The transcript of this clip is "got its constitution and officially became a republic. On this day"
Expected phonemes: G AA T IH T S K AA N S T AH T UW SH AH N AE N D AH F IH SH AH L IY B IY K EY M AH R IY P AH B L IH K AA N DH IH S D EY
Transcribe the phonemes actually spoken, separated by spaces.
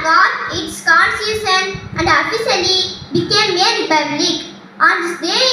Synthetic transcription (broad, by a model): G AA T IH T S K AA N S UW S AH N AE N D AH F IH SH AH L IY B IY K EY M AH R IY P AH B L IH K AA N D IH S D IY